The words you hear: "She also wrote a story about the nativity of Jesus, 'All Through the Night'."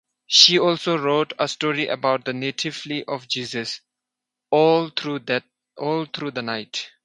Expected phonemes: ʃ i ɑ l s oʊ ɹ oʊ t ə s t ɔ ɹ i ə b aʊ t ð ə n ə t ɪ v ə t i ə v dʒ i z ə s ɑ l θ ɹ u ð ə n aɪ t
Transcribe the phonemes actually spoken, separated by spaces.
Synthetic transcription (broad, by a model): ʃ i ɑ l s oʊ ɹ oʊ t ə s t ɔ ɹ i ə b aʊ t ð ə n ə t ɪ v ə t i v dʒ i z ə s ɑ l t ɹ u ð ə n aɪ t